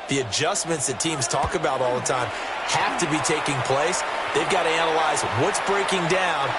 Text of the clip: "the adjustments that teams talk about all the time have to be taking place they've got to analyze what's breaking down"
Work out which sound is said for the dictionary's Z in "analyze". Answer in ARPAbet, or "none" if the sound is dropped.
Z